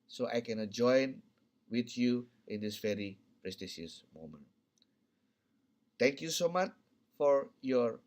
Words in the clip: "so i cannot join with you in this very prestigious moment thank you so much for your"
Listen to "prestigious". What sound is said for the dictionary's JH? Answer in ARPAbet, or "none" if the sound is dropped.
SH